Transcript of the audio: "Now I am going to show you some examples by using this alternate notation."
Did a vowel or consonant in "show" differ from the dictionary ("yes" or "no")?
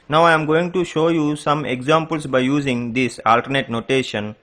no